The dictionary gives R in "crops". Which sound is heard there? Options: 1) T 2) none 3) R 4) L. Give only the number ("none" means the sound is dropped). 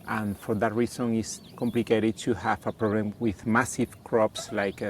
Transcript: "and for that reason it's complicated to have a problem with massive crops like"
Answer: 3